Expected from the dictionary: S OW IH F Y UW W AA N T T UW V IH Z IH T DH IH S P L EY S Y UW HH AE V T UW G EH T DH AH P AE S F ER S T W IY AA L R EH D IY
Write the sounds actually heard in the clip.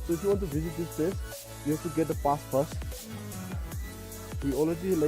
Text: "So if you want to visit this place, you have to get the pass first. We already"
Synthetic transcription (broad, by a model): S OW IH F Y UW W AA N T T UW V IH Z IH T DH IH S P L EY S Y UW HH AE F T UW G EH T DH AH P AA S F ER S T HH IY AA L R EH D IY